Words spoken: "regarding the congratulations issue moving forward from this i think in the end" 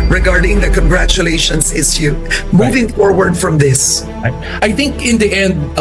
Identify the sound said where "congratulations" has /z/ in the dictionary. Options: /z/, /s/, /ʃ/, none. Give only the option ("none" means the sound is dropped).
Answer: /s/